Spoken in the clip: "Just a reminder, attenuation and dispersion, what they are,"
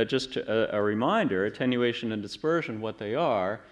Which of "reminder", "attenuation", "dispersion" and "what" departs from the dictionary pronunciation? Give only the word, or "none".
none